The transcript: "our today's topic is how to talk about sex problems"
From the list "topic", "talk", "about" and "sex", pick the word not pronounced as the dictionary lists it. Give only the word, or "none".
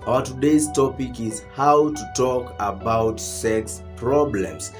none